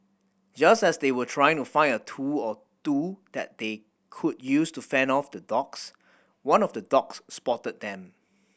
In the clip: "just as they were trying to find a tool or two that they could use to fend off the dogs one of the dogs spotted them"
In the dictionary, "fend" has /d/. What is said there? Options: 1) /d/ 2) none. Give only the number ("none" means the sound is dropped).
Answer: 2